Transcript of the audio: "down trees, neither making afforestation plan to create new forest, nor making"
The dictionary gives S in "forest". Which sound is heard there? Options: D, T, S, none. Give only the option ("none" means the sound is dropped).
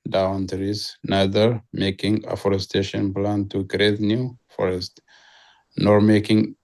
S